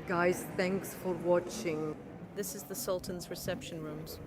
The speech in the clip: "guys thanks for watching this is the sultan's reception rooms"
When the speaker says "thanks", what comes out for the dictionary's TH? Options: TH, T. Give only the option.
TH